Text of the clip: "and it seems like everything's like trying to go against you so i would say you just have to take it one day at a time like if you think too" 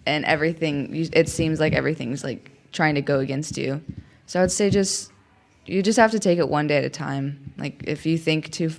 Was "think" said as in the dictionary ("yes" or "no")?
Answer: yes